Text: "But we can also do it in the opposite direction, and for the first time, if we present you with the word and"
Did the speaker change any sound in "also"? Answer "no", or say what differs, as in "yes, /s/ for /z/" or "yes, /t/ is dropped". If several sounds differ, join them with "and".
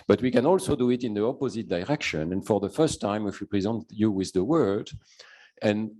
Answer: no